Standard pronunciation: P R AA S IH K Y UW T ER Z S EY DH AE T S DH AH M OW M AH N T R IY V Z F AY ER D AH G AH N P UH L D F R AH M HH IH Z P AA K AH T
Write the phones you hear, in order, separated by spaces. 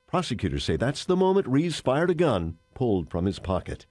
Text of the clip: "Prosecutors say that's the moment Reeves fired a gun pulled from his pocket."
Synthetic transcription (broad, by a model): P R AA S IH K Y UW T ER S EY DH AE T S DH AH M OW M AH N T R IY Z F AY ER D AH G AH N P UH L D F R AH M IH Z P AA K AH T